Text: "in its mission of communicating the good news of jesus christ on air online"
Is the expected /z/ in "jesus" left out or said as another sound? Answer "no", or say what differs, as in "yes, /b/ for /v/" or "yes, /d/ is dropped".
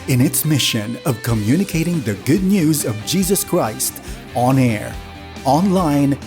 no